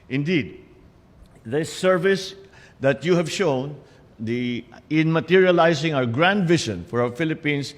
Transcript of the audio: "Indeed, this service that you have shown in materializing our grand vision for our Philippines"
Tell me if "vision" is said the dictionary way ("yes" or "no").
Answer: no